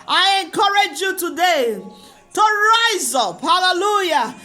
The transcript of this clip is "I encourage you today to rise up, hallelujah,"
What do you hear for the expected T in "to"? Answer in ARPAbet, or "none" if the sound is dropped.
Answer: T